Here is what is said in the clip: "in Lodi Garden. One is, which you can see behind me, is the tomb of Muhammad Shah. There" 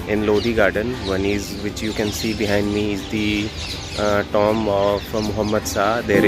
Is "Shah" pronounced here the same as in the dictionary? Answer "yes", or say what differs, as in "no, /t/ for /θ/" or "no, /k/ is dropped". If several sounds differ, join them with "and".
no, /s/ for /ʃ/